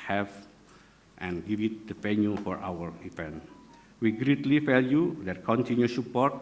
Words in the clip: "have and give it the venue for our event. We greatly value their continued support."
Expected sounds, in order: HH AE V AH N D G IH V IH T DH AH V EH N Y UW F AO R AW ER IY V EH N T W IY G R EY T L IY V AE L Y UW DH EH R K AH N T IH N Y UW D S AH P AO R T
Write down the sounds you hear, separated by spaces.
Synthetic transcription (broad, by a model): HH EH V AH N G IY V IH T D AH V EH N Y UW F AO R AW ER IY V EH N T W IY G R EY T L IY F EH L Y UW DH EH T K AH N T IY N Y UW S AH P AO R T